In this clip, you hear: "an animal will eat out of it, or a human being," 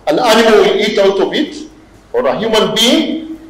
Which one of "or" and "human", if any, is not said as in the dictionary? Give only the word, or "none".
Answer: none